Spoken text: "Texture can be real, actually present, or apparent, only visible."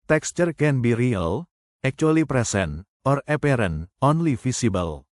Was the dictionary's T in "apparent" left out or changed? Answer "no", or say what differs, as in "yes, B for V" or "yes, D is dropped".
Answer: yes, T is dropped